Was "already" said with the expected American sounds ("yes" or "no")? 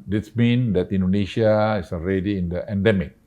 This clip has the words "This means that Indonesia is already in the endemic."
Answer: yes